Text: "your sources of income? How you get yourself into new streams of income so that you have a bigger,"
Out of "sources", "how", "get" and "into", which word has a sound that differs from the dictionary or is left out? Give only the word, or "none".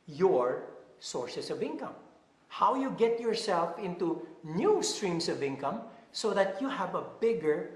sources